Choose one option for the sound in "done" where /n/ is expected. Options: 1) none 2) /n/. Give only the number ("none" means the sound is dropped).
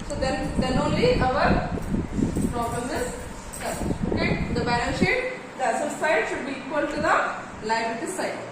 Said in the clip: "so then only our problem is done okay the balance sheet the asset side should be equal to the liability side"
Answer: 1